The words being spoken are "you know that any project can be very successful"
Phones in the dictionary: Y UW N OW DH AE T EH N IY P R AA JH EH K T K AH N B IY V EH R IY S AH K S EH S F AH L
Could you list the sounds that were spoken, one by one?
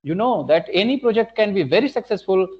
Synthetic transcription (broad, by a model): Y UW N OW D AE T EH N IY P R AA JH EH K T K AH N B IY V EH R IY S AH K S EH S F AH L